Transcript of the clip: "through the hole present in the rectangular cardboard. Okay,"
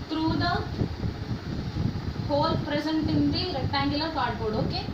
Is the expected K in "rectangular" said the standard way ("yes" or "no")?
no